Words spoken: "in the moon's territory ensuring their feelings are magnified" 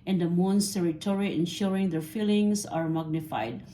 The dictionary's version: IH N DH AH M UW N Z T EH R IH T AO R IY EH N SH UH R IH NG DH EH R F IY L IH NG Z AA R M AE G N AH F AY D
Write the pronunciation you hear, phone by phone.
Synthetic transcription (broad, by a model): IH N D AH M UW N S T EH R IH T AO R IY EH N SH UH R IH NG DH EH R F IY L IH NG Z AA R M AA G N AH F AY D